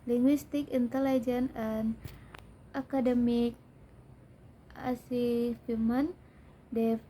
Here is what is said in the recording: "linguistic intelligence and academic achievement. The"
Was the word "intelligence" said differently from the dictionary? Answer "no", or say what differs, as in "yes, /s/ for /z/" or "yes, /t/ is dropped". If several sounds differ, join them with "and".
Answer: yes, /s/ is dropped